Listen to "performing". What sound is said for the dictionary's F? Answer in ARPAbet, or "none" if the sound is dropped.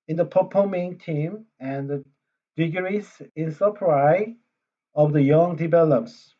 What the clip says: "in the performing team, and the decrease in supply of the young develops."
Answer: P